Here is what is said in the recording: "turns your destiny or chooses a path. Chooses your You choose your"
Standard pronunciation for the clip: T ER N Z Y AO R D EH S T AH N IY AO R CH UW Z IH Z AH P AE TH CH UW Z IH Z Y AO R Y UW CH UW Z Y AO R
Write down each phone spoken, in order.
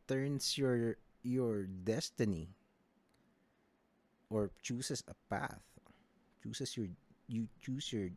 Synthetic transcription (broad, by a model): T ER N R Y AO R D EH S T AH N IY AO R CH UW S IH S AH P AE TH CH UW S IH S Y AO R Y UW CH UW S Y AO R